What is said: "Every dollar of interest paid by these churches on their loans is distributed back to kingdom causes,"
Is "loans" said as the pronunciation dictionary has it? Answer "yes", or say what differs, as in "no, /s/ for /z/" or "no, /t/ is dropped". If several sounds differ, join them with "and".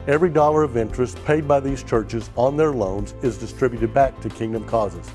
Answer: yes